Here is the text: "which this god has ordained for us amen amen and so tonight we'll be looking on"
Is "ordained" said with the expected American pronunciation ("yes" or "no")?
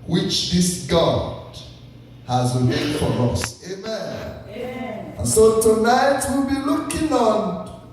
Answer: no